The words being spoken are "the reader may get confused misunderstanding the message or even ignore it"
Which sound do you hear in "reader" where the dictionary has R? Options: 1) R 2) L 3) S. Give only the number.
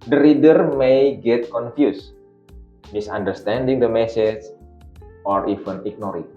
1